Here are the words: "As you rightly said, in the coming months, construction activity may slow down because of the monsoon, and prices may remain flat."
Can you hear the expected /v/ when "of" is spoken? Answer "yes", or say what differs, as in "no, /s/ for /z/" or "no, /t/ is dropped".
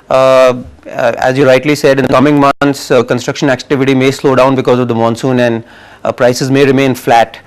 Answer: yes